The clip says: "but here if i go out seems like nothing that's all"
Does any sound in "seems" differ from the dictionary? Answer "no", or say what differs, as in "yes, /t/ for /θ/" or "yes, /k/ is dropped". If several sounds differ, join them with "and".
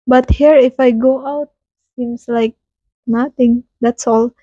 yes, /s/ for /z/